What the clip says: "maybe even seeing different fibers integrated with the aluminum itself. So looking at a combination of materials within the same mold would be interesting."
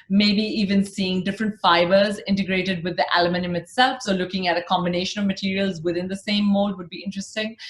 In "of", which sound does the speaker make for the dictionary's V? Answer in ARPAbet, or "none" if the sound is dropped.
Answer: V